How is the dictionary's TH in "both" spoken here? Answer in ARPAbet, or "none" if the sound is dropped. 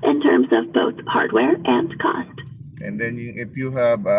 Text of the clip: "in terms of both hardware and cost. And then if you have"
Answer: TH